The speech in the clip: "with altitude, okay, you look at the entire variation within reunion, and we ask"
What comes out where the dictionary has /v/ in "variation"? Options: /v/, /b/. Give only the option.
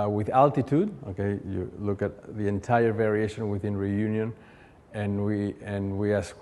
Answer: /v/